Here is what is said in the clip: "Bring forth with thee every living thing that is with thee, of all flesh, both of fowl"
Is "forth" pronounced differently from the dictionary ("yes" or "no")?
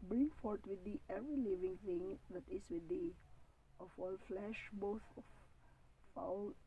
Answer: yes